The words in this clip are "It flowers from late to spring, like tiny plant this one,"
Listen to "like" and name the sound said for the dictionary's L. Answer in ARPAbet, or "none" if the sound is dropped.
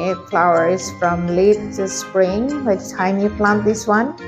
W